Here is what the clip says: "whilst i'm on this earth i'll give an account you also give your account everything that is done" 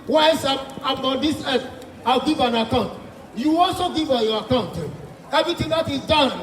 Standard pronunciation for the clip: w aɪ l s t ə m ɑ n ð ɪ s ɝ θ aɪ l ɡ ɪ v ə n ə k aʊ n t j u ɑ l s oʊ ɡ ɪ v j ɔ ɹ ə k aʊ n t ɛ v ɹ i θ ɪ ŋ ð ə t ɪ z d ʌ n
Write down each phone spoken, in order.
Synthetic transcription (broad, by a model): w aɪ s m ə m ɑ n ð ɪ s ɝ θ aɪ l ɡ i v ə n ə k aʊ n t j u ɑ l s oʊ ɡ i v j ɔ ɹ ə k aʊ n t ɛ v ɹ i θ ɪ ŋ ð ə t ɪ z d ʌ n